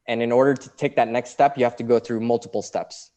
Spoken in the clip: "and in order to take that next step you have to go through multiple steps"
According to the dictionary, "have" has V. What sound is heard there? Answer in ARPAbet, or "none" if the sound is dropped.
F